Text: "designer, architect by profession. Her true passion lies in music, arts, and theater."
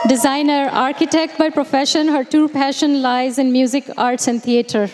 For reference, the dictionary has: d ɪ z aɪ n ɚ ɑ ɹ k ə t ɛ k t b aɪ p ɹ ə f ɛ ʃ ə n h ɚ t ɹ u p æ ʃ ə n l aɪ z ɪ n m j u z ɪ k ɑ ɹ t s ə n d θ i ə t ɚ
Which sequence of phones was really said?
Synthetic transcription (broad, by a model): d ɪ z aɪ n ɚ ɑ ɹ k ə t ɛ k t b aɪ p ɹ ə f ɛ ʃ ə n h ɚ t u p æ ʃ ə n l aɪ z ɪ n m j u z ɪ k ɑ ɹ t s ə n d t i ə t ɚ